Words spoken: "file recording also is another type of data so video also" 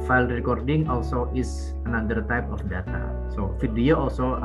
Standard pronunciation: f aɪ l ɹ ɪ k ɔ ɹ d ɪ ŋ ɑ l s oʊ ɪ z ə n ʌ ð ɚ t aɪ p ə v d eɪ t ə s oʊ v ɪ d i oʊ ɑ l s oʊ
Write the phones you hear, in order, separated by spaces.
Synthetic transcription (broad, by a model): f aɪ l ɹ ɪ k ɔ ɹ d ɪ ŋ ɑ l s oʊ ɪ s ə n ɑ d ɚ t aɪ p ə f d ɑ t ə s oʊ f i d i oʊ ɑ l s oʊ